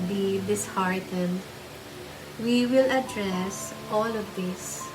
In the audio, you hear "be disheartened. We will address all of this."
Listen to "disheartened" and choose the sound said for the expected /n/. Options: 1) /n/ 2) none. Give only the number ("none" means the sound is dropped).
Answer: 2